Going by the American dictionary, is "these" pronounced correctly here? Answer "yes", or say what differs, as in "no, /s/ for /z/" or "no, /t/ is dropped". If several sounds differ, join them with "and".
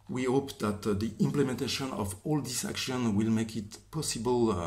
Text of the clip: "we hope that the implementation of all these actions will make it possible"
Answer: no, /s/ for /z/